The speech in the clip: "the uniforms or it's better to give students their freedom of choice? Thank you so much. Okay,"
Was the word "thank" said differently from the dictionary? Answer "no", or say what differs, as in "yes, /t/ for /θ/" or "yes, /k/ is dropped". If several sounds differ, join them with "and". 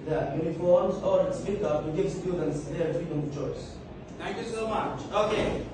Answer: yes, /t/ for /θ/